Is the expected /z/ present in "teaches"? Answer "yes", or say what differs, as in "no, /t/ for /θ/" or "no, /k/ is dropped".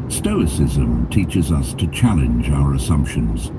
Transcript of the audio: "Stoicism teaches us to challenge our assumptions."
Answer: yes